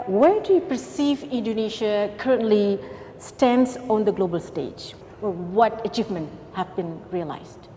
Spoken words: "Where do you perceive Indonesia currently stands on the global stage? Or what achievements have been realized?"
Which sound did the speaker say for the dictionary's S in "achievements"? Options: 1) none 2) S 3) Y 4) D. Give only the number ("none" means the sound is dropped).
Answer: 1